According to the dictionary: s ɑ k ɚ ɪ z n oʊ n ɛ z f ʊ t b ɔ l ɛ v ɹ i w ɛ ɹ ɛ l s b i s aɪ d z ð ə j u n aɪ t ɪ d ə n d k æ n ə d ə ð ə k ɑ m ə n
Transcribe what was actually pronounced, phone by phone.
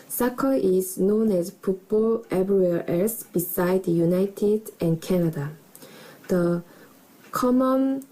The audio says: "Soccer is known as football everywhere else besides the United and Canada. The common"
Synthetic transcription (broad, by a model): s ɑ k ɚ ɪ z n oʊ n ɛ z p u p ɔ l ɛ b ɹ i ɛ l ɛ s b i s aɪ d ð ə j u n aɪ t ɪ d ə n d k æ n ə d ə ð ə k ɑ m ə n